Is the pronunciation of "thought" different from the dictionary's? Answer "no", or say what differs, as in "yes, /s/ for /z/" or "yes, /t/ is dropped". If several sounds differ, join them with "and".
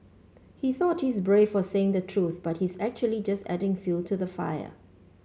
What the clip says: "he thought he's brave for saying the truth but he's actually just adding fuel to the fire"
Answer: no